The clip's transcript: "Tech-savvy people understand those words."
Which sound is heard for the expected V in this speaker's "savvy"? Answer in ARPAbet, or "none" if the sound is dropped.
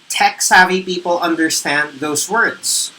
V